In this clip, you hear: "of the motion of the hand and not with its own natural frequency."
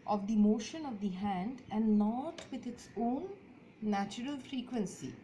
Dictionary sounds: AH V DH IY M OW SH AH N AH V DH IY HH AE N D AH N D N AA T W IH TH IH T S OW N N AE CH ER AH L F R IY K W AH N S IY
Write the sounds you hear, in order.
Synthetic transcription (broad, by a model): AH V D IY M OW SH AH N AH V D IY HH AE N D AH N D N AA T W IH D IH T S OW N N AE CH ER AH L F R IY K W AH N S IY